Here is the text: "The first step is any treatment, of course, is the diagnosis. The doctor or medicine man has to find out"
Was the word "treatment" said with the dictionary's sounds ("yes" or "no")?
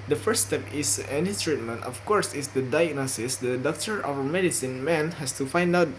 yes